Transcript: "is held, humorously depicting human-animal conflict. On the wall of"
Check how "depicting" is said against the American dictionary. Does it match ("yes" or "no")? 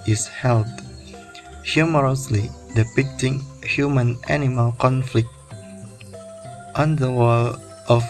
yes